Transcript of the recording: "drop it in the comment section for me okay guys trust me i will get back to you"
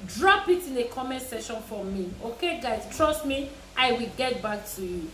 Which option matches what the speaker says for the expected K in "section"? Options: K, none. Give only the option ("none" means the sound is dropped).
none